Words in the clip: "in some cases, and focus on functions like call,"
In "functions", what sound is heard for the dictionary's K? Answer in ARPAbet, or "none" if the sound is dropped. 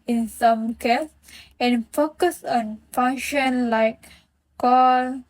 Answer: none